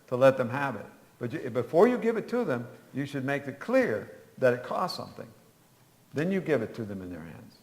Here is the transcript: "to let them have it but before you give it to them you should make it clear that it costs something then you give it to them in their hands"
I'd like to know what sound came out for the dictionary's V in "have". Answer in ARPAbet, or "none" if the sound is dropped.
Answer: V